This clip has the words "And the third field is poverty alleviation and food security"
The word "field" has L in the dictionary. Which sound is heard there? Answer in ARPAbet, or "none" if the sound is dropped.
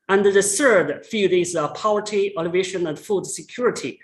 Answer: none